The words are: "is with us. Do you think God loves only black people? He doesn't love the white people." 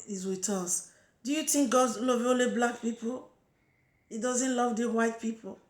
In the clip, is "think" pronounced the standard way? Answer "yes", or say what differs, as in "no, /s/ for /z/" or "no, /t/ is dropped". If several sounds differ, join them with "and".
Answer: no, /t/ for /θ/